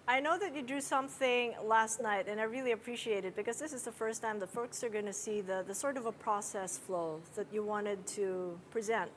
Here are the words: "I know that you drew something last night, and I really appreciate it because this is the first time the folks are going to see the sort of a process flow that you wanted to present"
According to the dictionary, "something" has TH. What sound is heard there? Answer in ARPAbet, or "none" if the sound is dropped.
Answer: TH